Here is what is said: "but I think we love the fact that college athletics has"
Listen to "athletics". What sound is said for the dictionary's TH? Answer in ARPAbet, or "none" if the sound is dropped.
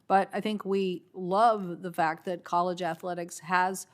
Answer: TH